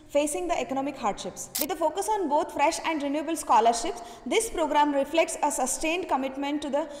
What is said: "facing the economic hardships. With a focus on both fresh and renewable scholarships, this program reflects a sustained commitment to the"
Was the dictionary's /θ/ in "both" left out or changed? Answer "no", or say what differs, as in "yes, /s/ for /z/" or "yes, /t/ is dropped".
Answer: yes, /t/ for /θ/